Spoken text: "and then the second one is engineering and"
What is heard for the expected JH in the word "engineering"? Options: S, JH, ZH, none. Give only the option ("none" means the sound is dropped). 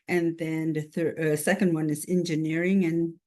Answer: JH